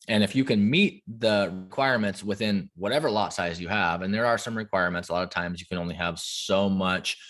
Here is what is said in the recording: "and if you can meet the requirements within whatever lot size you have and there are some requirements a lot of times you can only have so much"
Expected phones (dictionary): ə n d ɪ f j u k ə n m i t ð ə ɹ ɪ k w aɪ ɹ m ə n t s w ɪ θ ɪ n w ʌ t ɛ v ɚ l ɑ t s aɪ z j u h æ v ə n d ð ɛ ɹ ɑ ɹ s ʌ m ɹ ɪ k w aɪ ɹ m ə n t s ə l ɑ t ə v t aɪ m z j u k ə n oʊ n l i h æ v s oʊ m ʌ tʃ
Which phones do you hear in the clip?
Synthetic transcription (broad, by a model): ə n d ɪ f j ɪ k ə n m i t ð ə ɹ ɪ k w aɪ ɹ m ə n t s w ɪ θ ɪ n w ʌ t ɛ v ɚ l ɑ t s aɪ z j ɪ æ v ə n ð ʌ ɹ ɹ s ʌ m ɹ ɪ k w aɪ ɹ m ə n t s ə l ɑ t ə v t aɪ m z j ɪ k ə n oʊ n l i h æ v s oʊ m ʌ tʃ